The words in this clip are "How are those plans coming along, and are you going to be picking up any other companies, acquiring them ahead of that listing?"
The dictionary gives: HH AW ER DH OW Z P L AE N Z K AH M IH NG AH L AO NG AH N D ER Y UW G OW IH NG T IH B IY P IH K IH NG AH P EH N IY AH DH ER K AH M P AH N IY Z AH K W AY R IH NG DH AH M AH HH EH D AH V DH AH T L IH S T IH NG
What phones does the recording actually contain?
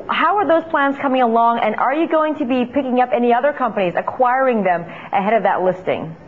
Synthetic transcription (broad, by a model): HH AW ER DH OW Z P L AE N Z K AH M IH NG AH L AO NG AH N ER Y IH G OW IH NG T IH B IY P IH K IH NG AH P EH N IY AH DH ER K AH M P AH N IY Z AH K W AY R IH NG DH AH M AH HH EH D AH V DH AH T L IH S T IH NG